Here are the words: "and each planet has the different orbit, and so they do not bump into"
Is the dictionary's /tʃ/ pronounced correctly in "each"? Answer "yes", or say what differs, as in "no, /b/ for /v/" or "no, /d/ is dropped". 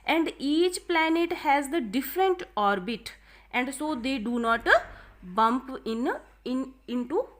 yes